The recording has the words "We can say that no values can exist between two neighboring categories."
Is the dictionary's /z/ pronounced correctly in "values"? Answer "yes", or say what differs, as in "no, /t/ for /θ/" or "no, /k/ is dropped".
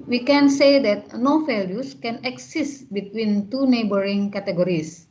no, /s/ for /z/